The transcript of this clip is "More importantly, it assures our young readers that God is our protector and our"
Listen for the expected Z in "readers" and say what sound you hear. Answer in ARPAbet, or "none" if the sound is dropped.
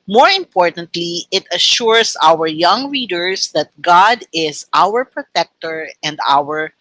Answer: S